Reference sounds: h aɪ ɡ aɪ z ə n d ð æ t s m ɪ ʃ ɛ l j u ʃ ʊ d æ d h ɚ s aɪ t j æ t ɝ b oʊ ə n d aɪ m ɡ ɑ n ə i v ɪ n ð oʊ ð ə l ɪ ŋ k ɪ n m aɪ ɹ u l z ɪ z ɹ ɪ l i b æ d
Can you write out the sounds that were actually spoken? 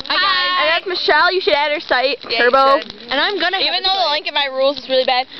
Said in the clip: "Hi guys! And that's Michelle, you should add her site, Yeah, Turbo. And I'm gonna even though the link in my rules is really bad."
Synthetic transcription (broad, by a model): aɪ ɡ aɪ ə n ð æ t s m ɪ ʃ ɛ l j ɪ ʃ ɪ d æ d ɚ s aɪ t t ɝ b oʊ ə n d aɪ m ɡ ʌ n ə i v ɪ n ð oʊ ð ə l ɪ ŋ k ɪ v m aɪ ɹ u l z ɪ z ɹ ɪ l i b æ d